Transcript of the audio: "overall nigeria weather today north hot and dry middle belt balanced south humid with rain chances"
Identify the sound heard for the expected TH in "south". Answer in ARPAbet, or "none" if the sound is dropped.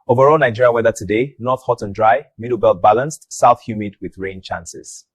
TH